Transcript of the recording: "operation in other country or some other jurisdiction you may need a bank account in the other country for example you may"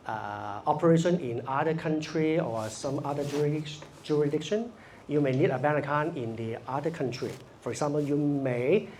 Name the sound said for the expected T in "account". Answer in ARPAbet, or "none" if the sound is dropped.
none